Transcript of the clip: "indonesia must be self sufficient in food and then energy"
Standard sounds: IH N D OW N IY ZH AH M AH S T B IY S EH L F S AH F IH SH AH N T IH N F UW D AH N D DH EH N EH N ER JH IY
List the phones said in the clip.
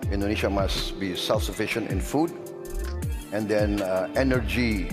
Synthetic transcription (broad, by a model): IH N D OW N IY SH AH M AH S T B IY S EH L F S AH F IH SH AH N T IH N F UW D AH N D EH N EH N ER JH IY